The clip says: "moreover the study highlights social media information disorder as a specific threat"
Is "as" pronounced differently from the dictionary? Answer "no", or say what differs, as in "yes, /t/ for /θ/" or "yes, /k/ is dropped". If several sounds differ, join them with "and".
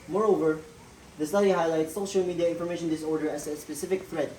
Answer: yes, /s/ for /z/